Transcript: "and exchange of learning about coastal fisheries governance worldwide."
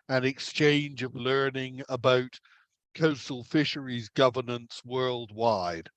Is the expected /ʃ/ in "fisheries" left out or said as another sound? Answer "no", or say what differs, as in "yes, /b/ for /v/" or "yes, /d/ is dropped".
no